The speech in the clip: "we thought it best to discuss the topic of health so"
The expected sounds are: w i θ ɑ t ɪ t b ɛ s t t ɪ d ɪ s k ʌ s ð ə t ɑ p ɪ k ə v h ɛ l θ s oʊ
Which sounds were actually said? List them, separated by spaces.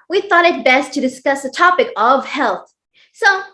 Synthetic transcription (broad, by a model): w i θ ɑ t ɪ t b ɛ s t t ɪ d ɪ s k ʌ s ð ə t ɑ p ɪ k ə v h ɛ l θ s oʊ